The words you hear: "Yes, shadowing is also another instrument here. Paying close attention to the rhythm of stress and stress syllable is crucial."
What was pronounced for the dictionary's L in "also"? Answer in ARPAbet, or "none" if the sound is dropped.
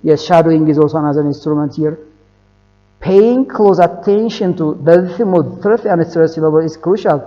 none